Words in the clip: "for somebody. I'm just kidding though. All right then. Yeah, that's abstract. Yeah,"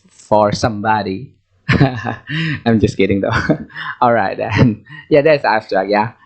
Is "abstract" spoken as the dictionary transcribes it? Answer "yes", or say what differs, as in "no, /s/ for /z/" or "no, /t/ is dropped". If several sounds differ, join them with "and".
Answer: no, /b/ is dropped